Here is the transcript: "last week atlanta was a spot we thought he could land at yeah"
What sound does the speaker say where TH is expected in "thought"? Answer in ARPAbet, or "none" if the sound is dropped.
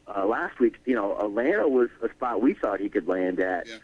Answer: TH